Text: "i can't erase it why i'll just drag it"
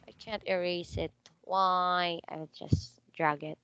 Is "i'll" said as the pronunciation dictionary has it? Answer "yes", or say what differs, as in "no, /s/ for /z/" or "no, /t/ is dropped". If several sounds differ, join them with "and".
no, /w/ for /l/